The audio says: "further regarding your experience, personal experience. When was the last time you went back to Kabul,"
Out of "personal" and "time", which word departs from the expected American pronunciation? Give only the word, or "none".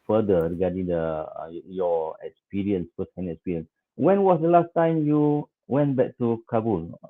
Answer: personal